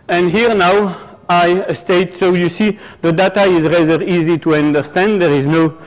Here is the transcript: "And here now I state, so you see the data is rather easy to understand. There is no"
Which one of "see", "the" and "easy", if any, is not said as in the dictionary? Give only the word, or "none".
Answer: none